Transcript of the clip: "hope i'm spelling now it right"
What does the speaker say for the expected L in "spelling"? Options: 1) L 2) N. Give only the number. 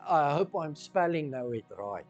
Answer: 1